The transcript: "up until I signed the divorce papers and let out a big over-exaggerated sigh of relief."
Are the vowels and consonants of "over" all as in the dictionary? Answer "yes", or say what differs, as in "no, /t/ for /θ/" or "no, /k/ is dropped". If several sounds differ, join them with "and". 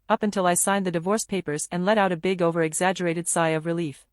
yes